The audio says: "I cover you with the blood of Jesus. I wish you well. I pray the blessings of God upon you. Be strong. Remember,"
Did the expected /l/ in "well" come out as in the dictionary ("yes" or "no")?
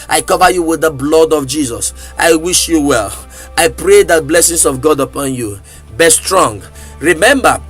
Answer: yes